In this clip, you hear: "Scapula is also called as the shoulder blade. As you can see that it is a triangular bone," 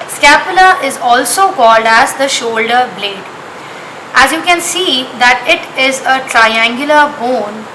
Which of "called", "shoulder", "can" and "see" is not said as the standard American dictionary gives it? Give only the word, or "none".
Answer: none